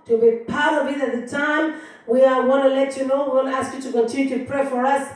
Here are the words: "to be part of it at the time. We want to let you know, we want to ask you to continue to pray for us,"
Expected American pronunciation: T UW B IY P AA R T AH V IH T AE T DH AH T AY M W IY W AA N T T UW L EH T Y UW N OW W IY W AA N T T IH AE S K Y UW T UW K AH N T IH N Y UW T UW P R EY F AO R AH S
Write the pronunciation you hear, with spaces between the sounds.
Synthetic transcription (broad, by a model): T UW B IY P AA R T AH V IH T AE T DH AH T AY M W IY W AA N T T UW L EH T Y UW N OW W IY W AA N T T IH AE S K Y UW T UW K AH N T IH N Y UW T UW P R EY F AO R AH S